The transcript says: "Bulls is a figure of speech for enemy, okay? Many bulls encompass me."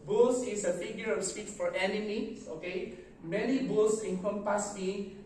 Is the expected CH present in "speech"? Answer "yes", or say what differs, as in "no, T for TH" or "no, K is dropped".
no, S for CH